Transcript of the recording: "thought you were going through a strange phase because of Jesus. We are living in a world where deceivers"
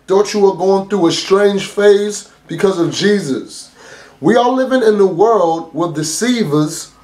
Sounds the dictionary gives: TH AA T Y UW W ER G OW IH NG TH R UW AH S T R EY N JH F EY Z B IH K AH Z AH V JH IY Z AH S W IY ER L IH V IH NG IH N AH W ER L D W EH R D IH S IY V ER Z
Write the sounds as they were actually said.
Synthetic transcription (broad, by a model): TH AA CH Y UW W ER G OW IH NG TH R UW AH S T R EY N ZH F EY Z B IH K AH Z AH V JH IY Z AH S W IY ER L IH V IH NG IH N AH W ER L D W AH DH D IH S IY V ER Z